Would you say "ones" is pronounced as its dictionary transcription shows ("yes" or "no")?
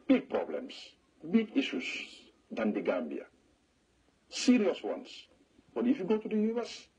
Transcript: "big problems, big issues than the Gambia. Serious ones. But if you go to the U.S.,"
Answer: no